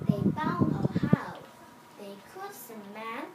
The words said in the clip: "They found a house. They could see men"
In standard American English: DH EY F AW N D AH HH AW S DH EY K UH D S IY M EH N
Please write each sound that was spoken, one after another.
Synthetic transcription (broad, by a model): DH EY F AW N AH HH AW DH EY K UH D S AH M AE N